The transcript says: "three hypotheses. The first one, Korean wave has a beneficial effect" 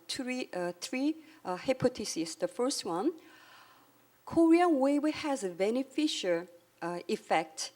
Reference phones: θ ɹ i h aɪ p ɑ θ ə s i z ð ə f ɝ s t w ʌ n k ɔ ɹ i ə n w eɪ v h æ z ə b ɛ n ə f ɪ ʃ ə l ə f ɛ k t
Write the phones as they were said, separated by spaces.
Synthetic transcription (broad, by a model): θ ɹ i h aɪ p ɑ t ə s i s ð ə f ɝ s t w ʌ n k ɔ ɹ i ə n w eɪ w h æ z ə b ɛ n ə f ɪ ʃ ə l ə f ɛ k t